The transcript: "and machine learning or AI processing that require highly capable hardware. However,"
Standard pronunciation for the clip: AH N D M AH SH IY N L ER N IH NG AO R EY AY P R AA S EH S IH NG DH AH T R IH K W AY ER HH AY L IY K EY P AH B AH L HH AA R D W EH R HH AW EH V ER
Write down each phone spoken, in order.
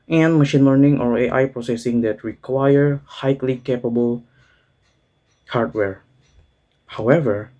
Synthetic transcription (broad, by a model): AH N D M AH SH IY N L ER N IH NG AO R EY AY P R AA S EH S IH NG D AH T R IH K W AY ER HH AY L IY K EY P AH B AH L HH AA R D W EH R HH AW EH V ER